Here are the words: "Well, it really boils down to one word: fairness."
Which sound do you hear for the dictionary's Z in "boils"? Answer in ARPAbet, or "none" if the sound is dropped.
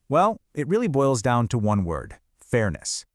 Z